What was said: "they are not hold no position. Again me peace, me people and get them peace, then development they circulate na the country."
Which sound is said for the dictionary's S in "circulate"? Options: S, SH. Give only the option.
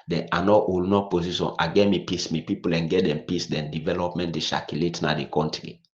SH